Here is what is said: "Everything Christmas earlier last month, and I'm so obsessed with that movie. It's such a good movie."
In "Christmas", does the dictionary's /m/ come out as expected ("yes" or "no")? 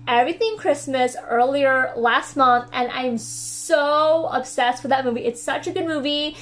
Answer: yes